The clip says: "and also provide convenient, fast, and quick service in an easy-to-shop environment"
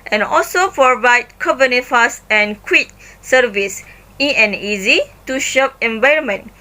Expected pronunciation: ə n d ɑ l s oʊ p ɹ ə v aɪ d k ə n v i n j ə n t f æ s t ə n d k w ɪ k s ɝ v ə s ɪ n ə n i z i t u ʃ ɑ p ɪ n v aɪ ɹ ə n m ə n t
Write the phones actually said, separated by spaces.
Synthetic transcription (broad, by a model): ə n ɑ l s oʊ p ɹ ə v aɪ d k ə v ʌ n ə f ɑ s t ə n k w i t s ɝ v ə s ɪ ə n i z i t u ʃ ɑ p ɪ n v aɪ ɹ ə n m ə n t